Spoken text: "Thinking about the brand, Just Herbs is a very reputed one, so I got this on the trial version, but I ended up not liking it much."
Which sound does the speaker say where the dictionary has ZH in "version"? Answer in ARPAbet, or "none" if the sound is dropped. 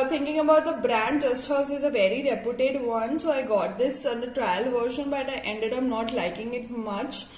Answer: SH